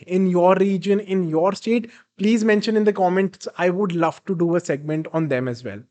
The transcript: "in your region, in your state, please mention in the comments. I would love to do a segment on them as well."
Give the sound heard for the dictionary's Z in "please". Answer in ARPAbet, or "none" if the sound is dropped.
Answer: Z